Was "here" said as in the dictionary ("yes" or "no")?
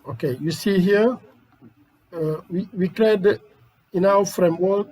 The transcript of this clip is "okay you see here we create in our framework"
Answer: no